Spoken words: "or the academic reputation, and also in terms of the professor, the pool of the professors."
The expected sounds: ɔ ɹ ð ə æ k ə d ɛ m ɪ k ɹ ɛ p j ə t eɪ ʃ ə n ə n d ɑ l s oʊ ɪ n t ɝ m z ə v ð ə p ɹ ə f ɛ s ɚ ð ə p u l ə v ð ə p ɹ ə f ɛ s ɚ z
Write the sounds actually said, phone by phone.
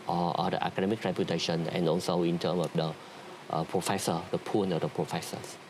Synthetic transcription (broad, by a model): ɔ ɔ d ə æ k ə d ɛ m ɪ k ɹ ɛ p j ə t eɪ ʃ ə n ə n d ɑ l s oʊ ɪ n t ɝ m ə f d ə p ɹ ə f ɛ s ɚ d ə p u n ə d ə p ɹ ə f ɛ s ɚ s